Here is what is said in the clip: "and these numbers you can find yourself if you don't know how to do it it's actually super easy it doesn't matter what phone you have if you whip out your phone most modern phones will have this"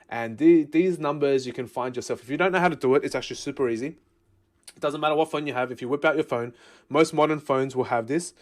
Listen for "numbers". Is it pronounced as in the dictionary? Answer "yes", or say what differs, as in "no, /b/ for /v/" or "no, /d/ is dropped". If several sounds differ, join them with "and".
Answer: yes